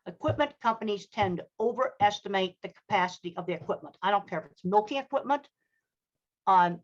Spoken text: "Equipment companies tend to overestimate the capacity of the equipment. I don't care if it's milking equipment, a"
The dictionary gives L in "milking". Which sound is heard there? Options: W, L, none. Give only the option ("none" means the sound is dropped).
L